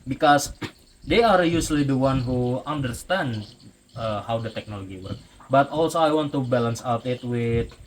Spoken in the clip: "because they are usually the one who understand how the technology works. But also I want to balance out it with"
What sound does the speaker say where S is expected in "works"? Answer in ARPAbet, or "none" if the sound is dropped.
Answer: none